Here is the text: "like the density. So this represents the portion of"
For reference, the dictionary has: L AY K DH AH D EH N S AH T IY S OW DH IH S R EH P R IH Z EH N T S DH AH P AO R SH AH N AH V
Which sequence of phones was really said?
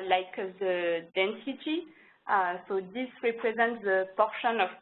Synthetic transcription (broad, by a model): L AY K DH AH D EH N S AH T IY S OW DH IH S R EH P R IH Z EH N T S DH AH P AO R SH AH N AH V